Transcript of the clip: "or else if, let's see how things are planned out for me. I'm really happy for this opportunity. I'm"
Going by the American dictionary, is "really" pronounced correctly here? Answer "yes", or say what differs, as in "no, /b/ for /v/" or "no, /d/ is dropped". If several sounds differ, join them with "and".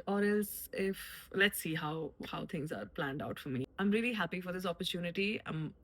yes